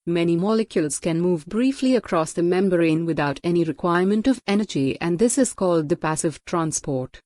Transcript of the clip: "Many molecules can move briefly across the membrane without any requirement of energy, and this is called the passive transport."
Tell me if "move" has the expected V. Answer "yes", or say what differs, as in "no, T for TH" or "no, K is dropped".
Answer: yes